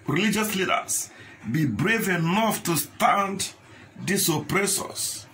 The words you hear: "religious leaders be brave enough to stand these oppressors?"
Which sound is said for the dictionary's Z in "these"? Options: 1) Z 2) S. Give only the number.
2